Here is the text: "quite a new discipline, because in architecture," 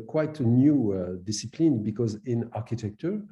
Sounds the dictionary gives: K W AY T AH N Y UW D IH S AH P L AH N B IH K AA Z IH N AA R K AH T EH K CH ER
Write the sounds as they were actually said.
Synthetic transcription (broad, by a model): K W AY T AH N Y UW D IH S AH P L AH N B IH K AA Z IH N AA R K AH T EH K CH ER